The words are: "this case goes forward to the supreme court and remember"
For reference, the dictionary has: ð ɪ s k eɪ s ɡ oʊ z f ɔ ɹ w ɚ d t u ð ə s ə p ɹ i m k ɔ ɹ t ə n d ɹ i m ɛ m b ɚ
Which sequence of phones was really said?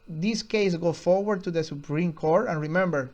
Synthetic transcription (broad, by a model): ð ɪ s k eɪ s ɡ oʊ f ɔ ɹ w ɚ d t u ð ə s ə p ɹ i m k ɔ ɹ t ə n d ɹ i m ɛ m b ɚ